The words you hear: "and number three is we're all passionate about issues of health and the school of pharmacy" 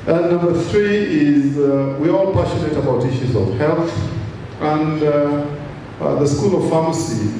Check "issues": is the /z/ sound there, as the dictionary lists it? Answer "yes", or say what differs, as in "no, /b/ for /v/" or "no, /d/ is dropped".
yes